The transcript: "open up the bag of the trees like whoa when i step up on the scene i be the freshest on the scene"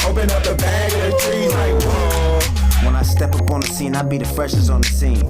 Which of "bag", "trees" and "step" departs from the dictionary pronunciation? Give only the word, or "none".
none